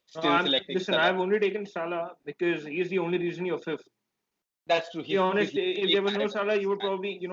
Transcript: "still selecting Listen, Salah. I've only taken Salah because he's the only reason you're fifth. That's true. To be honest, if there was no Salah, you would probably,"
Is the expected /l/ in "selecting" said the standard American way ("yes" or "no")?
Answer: no